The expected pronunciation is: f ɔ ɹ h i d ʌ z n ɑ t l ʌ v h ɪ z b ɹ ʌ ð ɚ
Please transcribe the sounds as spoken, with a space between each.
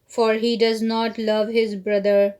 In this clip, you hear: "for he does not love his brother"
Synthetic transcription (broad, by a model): f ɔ ɹ h i d ʌ z n ɑ t l ʌ v h ɪ z b ɹ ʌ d ɚ